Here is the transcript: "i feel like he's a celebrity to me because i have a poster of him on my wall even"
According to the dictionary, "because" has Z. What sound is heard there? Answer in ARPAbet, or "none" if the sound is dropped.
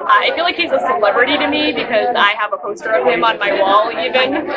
Z